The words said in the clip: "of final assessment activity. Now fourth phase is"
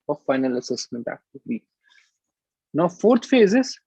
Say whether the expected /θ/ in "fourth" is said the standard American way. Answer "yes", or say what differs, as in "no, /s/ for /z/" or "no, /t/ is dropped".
no, /t/ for /θ/